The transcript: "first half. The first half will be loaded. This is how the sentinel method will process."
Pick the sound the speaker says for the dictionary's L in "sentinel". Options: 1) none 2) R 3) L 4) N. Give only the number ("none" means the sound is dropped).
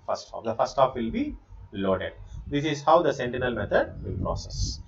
3